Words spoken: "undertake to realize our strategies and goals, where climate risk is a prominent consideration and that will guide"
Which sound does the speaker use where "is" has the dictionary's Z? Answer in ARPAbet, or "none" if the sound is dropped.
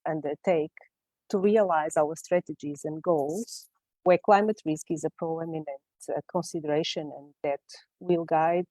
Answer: Z